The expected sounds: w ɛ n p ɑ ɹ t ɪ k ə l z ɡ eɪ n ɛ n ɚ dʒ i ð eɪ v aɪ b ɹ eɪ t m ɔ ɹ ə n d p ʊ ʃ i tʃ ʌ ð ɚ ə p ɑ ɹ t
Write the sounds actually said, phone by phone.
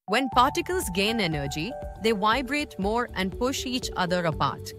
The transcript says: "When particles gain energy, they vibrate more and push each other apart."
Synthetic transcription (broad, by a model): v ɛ n p ɑ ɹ t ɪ k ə l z ɡ eɪ n ɛ n ɚ dʒ i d eɪ v aɪ b ɹ eɪ t m ɔ ɹ ə n d p ʊ ʃ i tʃ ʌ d ɚ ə p ɑ ɹ t